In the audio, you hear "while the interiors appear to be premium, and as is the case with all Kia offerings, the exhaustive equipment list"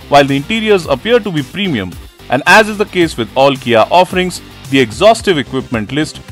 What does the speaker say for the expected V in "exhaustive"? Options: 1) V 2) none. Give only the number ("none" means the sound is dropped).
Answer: 1